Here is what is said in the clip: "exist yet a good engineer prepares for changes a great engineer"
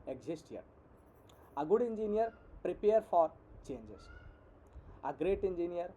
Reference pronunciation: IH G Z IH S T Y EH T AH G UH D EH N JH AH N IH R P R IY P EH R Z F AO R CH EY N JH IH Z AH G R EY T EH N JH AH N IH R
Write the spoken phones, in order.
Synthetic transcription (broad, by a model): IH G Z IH S T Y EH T AH G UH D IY N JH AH N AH R P R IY P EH R F AO R CH EY N JH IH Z AH G R EY T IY N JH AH N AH R